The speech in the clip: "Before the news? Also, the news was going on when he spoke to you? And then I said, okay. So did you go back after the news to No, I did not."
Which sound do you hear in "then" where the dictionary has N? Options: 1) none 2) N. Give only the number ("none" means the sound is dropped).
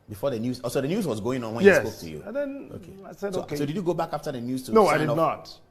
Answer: 1